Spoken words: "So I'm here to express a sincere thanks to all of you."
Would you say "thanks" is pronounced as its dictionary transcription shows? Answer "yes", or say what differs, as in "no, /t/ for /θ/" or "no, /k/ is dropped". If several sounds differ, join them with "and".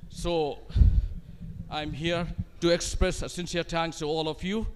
no, /k/ is dropped